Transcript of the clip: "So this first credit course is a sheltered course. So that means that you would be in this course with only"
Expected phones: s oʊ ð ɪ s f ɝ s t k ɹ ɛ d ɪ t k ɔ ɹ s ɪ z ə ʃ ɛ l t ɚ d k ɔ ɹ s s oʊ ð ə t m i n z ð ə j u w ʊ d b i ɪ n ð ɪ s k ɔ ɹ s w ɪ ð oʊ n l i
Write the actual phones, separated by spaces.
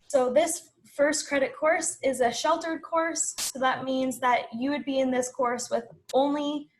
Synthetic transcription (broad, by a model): s oʊ ð ɪ s f ɝ s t k ɹ ɛ d ɪ t k ɔ ɹ s ɪ z ə ʃ ɛ l t ɚ d k ɔ ɹ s s oʊ ð ə t m i n z ð ə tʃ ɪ w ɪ d b i ɪ n ð ɪ s k ɔ ɹ s w ɪ ð oʊ n l i